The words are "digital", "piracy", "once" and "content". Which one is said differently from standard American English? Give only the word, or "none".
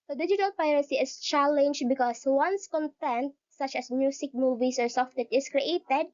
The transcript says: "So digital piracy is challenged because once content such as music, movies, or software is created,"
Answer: none